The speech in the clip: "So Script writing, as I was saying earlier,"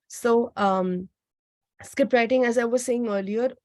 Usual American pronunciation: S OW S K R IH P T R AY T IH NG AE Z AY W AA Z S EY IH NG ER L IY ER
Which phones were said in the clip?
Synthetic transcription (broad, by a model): S OW S K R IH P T R AY T IH NG AE Z AY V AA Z S EY IH NG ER L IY ER